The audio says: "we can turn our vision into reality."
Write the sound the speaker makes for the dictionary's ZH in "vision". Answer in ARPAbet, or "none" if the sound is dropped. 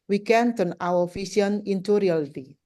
S